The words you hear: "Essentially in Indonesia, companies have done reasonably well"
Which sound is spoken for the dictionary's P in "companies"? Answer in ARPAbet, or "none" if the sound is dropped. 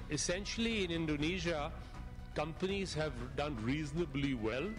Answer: P